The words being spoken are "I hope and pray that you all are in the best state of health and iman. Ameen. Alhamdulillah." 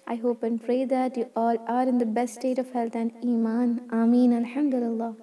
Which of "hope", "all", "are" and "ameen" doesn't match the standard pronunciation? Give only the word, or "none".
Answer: none